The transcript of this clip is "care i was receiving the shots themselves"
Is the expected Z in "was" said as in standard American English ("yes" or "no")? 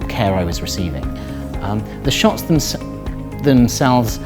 yes